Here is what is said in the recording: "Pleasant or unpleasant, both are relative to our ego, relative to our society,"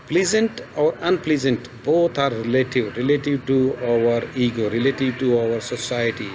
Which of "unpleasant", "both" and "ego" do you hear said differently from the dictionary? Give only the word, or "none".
both